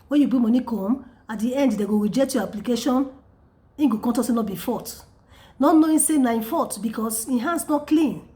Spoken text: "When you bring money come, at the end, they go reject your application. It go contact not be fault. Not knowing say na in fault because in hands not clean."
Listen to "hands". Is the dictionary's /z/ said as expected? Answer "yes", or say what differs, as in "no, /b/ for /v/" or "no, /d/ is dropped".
no, /s/ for /z/